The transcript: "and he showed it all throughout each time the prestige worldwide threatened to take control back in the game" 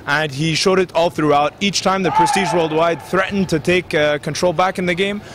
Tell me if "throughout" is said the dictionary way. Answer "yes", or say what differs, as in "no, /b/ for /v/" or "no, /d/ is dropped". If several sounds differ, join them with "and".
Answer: yes